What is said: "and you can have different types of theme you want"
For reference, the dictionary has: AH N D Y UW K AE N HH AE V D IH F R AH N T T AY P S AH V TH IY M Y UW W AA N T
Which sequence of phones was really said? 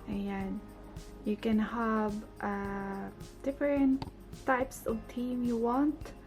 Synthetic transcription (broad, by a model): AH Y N Y UW K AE N HH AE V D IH F R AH N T T AY P S AH V T IY M Y UW W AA N T